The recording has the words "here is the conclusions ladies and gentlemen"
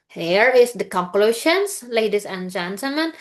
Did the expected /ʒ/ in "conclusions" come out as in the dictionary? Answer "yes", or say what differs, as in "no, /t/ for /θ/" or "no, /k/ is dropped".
no, /ʃ/ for /ʒ/